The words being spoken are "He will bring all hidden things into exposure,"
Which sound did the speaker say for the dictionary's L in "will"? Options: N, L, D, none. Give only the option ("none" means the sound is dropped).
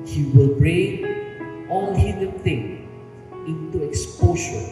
L